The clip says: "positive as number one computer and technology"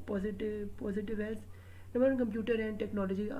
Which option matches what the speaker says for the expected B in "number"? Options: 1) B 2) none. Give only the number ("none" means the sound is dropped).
2